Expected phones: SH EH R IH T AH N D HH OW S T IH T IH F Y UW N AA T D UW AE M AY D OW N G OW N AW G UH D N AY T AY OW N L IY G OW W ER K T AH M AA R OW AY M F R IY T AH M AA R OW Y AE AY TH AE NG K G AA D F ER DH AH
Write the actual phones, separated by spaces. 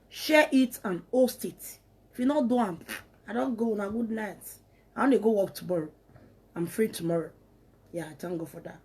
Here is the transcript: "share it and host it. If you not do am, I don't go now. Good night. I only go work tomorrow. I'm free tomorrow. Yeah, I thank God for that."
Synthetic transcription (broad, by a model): SH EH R IH T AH N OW S T IH T IH F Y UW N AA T D UW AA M AY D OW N G OW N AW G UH D N AY T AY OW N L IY G OW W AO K T AH M AA R OW AY M F R IY T AH M AA R OW Y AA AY T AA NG G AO F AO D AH